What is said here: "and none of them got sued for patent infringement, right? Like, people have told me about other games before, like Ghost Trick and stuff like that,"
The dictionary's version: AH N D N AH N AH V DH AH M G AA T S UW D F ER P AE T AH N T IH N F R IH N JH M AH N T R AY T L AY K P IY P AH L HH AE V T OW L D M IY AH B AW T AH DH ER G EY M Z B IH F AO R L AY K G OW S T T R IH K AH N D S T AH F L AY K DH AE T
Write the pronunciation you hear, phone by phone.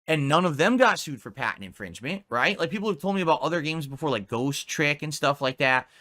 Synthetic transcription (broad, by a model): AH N N AH N AH V DH AH M G AA T S UW D F ER P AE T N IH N F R IH N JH M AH N T R AY T L AY K P IY P L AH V T OW L D M IY AH B AW T AH DH ER G EY M Z B IH F AO R L AY K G OW S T T R IH K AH N S T AH F L AY K DH AE T